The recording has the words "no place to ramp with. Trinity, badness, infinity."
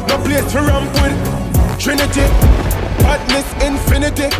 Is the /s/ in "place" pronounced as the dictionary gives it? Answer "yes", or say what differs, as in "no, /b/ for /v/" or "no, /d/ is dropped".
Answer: no, /s/ is dropped